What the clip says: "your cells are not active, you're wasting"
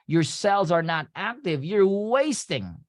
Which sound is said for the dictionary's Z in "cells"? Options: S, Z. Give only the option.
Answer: Z